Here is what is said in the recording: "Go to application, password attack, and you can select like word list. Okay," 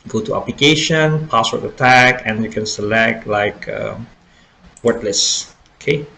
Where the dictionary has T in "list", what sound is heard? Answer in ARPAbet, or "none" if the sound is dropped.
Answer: none